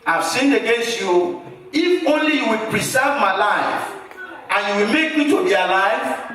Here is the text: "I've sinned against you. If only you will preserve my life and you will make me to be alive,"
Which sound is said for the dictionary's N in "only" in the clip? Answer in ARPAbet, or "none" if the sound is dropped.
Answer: N